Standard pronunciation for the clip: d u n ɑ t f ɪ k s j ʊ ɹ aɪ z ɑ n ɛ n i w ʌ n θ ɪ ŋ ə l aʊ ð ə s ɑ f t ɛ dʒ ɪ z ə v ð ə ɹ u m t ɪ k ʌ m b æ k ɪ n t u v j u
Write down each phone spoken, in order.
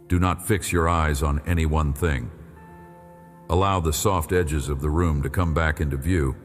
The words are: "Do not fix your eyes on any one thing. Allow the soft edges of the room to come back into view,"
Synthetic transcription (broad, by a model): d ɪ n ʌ t f ɪ k s j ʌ ɹ aɪ z n ɛ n i w ʌ n θ ɪ ŋ ə l aʊ ð ə s ɑ f t ɛ dʒ ɪ z ə v ð ə ɹ u m t ɪ k ʌ m b æ k ɪ n t u v j u